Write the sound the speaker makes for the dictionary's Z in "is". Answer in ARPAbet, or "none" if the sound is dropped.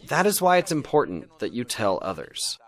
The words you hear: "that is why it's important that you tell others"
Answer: Z